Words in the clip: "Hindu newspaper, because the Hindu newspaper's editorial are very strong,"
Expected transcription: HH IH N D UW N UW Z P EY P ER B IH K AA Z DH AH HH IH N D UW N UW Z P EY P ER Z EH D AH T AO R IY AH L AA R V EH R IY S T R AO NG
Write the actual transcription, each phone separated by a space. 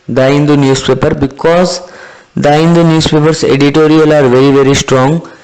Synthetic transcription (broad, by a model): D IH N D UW N UW S P EY P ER B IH K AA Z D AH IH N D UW N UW S P EY P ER S EH D AH T AO R IY AH L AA R V EH R IY S T R AO NG